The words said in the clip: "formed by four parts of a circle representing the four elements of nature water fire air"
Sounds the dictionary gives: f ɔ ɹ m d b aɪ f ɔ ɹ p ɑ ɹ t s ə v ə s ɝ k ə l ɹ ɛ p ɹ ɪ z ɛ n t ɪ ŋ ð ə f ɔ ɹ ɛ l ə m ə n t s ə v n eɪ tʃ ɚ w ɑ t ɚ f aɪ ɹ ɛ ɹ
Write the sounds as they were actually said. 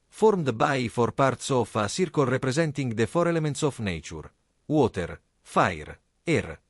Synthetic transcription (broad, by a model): f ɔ ɹ m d b aɪ f ɔ ɹ p ɑ ɹ t s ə f ə s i k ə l ɹ ɛ p ɹ ɪ z ɛ n t ɪ ŋ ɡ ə f ɔ ɹ ɛ l ə m ə n t s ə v n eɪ tʃ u w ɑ t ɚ f aɪ ɹ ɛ ɹ